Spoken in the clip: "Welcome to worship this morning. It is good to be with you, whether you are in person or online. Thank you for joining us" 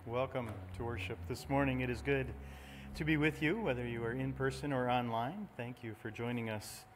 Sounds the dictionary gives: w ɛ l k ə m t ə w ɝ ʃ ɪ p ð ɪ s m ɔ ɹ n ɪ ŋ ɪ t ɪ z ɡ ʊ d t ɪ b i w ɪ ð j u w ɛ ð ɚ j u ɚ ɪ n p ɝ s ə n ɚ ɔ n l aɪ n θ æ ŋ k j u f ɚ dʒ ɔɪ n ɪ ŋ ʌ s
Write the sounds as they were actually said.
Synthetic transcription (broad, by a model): w ɛ l k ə m t ə w ɝ ʃ ɪ p ð ɪ s m ɔ ɹ n ɪ ŋ ɪ t ɪ z ɡ ʊ d t ɪ b i w ɪ ð j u w ɛ ð ɚ j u ɚ ɪ n p ɝ s ə n ɚ ɔ n l aɪ n θ æ ŋ k j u f ɚ dʒ ɔɪ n ɪ ŋ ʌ s